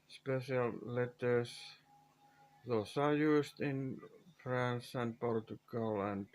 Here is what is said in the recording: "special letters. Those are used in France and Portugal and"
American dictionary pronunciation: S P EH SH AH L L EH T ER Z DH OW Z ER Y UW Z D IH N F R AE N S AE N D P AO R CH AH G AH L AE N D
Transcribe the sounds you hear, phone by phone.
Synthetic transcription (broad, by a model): S P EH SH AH L L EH T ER S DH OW S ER Y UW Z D IH N F R AE N S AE N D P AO R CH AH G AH L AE N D